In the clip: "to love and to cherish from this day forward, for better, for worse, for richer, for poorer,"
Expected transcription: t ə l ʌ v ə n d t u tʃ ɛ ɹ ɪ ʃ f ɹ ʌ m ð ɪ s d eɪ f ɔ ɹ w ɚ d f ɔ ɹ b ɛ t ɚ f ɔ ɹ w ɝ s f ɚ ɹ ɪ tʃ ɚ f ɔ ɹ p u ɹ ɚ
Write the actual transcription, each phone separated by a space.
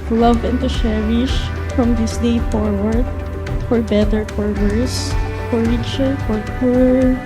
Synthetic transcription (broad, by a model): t l ʌ v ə n t u ʃ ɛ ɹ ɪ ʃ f ɹ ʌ m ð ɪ s d eɪ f ɔ ɹ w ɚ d f ɔ ɹ b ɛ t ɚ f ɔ ɹ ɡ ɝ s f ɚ ɹ ɪ tʃ ɚ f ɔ ɹ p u ɹ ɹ